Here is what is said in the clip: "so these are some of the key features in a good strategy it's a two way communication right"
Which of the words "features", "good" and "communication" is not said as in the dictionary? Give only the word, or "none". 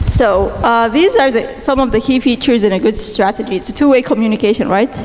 none